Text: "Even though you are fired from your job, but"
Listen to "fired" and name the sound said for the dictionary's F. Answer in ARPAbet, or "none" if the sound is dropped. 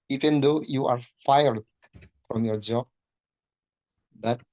F